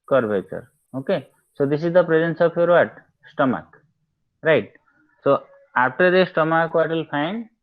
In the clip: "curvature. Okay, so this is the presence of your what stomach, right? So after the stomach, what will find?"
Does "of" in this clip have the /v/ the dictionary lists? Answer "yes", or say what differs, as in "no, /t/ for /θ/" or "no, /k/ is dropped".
no, /p/ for /v/